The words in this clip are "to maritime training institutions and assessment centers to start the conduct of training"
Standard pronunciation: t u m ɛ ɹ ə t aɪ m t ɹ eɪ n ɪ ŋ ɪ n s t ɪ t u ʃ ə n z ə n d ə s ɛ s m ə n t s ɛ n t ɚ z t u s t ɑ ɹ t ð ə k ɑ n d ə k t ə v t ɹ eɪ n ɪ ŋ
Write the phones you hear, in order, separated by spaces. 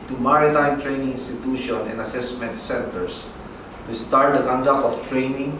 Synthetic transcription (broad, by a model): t u m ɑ ɹ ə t aɪ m t ɹ eɪ n ɪ ŋ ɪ n s t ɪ t u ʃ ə n ə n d ə s ɛ s m ə n t s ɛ n t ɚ s t u s t ɑ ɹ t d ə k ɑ n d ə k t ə f t ɹ eɪ n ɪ ŋ